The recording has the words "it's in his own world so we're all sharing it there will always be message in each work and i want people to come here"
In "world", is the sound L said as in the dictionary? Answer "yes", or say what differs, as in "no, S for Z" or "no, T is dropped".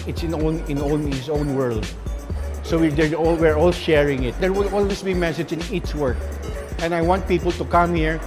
yes